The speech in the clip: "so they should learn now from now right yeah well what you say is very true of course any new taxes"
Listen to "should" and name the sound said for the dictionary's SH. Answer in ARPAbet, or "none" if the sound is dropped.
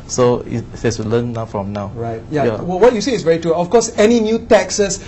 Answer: S